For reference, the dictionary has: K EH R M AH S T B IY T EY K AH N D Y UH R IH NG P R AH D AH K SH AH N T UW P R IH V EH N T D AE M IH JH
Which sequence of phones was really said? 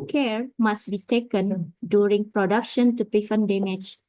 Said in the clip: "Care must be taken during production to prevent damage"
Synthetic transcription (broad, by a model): K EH R M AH S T B IY T EY K AH N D Y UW R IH NG P R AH D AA K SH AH N T UW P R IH F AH N D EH M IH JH